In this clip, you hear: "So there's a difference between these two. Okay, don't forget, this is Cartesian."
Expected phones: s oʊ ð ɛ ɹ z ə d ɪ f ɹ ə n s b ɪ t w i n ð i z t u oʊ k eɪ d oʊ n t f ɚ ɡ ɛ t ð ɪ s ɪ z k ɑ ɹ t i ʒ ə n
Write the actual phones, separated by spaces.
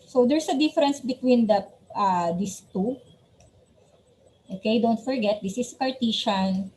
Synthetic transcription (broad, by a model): s oʊ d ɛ ɹ s ə d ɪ f ɹ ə n s b ɪ t w i n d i s t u oʊ k eɪ d oʊ n t f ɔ ɡ ɛ t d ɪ s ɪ s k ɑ ɹ t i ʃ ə n